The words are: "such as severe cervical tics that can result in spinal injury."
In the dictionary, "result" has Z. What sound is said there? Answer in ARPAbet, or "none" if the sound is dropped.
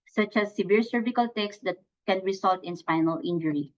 S